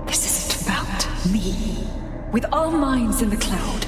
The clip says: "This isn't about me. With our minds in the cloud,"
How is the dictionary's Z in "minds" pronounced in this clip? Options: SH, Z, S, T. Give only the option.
Z